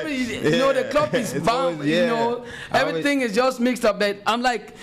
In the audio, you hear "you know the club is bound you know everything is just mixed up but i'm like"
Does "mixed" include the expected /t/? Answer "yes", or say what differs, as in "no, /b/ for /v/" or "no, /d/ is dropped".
yes